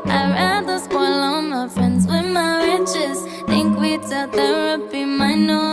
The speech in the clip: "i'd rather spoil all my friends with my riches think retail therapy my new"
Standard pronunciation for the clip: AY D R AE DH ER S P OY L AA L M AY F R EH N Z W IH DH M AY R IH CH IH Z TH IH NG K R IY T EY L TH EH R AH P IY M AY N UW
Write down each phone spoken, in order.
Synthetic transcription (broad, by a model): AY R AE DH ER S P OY L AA N M AY F R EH N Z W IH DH M AY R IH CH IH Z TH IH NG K W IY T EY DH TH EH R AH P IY M AY N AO